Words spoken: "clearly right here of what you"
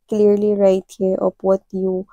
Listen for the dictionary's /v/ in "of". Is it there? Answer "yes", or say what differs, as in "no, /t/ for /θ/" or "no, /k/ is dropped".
no, /p/ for /v/